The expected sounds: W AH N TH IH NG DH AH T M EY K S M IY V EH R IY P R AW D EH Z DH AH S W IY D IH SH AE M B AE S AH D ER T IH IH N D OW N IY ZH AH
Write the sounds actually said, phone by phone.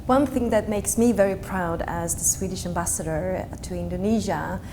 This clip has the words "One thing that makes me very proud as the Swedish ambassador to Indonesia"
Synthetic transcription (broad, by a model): W AH N TH IH NG DH AH T M EY K S M IY V EH R IY P R AW D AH Z DH AH S W IY D IH SH AE M B AE S AH D ER T IH IH N D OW N IY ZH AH